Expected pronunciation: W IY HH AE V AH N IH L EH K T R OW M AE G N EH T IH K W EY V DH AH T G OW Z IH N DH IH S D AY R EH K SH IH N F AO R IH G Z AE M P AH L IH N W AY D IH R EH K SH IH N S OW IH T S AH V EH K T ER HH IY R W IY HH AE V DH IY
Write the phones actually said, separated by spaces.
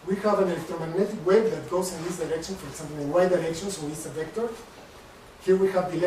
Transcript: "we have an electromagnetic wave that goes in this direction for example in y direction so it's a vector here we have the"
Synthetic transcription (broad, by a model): W IY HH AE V AH N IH L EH K T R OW M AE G N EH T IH K W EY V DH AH T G OW S IH N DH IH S D AY R EH K SH IH N F AO R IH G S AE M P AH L IH N W AY D IH R EH K SH IH N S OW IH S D AH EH K T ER HH IY R W IY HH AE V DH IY